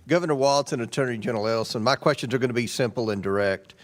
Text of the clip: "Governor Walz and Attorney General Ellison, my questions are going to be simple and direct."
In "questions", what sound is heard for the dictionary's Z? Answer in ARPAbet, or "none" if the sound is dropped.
Z